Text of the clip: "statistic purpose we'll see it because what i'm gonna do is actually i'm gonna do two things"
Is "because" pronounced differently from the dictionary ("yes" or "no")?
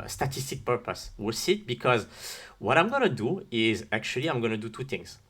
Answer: no